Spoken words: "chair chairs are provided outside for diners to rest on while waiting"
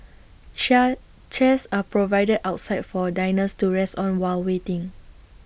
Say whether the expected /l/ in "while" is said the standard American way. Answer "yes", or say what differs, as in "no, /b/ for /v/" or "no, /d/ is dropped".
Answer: yes